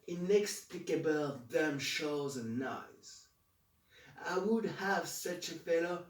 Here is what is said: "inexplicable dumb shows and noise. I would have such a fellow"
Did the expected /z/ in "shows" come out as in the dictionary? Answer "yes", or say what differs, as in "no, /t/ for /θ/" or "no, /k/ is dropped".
yes